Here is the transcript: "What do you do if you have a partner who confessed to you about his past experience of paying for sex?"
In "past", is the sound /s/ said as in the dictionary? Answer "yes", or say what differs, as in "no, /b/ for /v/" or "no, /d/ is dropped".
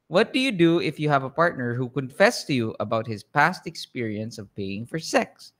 yes